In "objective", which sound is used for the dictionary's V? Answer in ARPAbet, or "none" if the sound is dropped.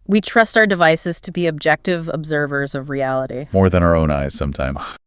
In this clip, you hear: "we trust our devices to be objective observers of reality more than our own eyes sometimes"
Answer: V